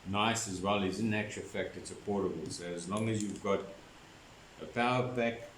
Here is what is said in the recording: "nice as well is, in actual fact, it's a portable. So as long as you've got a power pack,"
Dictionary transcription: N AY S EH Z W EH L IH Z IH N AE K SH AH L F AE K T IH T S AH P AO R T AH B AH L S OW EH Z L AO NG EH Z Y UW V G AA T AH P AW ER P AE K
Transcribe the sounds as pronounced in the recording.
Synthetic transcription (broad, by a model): N AY S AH Z W EH L IH Z IH N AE K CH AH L F AE K T IH T S AH P AO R T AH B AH L S OW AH Z L AO NG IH Z Y UW V G AA T AH P AW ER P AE K